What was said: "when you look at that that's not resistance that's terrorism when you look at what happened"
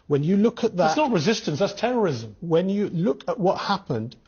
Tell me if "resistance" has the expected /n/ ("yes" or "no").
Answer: yes